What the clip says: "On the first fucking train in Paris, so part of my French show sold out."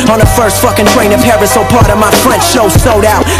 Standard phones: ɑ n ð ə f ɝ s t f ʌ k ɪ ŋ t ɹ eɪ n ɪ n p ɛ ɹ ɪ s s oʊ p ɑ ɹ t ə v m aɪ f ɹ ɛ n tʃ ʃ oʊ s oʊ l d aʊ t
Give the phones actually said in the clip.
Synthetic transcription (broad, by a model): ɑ n ð ə f ɝ s t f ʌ k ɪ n t ɹ eɪ n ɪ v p ɛ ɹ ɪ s s oʊ p ɑ ɹ t ə v m aɪ f ɹ ɛ n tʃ ʃ oʊ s oʊ d aʊ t